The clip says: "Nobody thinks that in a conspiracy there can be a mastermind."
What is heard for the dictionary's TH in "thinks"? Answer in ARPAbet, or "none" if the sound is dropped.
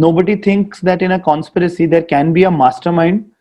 T